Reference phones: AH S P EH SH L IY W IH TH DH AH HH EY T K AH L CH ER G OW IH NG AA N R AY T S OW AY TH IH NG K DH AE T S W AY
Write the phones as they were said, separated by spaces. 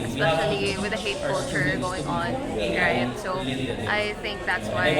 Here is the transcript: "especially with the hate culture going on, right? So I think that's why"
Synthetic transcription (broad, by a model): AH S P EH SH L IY W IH DH AH HH EY T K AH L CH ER G OW IH NG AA N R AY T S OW AY TH IH NG K DH AE T S W AY